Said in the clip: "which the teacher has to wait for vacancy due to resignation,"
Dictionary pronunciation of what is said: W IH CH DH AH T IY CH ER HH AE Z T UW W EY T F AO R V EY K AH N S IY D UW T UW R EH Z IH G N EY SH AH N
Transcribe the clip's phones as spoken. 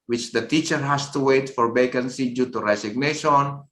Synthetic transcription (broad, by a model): W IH CH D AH T IY CH ER HH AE S T UW W EY T F AO R B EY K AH N S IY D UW T UW R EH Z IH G N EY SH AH N